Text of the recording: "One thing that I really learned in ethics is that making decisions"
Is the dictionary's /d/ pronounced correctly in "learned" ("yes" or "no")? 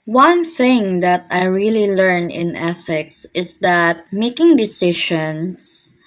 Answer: no